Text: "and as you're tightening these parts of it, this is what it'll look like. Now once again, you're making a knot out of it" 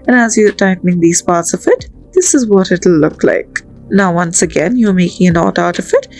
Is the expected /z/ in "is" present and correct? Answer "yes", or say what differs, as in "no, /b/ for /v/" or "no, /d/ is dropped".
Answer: yes